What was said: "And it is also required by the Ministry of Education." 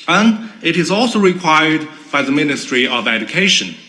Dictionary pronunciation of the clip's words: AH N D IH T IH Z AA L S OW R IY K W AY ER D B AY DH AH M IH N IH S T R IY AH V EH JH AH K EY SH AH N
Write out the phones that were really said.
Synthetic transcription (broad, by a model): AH N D IH T IH Z AA L S OW R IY K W AY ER D B AY DH AH M IH N IH S T R IY AH V EH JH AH K EY SH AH N